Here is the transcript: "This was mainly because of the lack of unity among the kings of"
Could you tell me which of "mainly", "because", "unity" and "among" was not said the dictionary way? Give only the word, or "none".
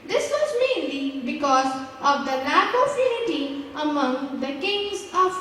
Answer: unity